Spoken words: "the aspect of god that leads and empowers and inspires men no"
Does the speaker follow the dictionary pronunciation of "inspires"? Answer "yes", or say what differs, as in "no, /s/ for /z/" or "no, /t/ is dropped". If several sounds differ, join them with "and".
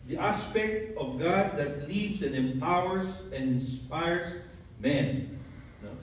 no, /s/ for /z/